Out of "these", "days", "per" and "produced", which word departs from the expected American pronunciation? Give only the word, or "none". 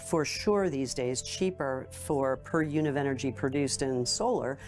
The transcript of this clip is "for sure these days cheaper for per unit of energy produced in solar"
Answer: none